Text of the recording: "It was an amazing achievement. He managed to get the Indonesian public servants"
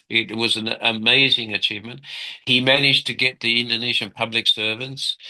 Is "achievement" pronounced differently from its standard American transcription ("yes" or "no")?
no